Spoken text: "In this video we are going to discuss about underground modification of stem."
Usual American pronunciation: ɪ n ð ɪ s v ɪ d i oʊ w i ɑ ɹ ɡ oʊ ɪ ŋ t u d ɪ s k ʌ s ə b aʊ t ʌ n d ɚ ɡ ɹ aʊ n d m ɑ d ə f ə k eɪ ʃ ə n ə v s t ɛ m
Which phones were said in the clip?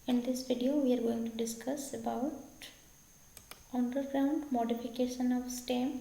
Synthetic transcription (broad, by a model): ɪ n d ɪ s v ɪ d i oʊ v i ɑ ɹ ɡ oʊ ɪ ŋ t u d ɪ s k ʌ s ə b aʊ t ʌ n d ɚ ɡ ɹ aʊ n d m ɑ d ə f ə k eɪ ʃ ə n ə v s t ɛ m